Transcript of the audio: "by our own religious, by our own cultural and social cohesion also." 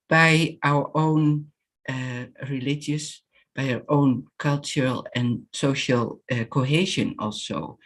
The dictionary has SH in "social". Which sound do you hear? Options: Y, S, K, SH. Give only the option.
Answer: SH